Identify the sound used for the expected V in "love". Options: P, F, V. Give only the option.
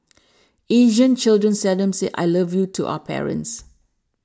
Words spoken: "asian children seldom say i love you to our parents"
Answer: V